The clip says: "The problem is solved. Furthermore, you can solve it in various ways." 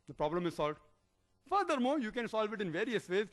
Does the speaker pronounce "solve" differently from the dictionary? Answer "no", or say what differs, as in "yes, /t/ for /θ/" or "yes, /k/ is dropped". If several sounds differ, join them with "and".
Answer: no